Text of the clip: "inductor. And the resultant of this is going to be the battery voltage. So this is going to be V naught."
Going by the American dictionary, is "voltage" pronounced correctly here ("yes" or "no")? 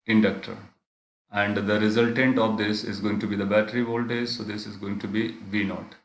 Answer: no